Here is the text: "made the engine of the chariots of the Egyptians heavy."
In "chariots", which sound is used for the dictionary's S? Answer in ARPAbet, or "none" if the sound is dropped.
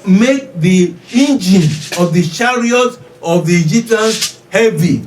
none